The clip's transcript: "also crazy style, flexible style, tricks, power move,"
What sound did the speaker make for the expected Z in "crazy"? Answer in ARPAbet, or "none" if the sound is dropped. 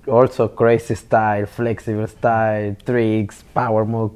S